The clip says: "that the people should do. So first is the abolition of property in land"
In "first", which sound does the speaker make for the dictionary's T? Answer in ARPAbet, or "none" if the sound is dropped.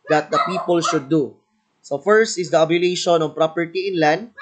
T